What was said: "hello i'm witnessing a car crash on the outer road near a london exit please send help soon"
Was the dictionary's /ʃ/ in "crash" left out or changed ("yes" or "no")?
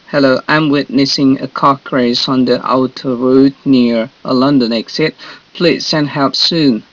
yes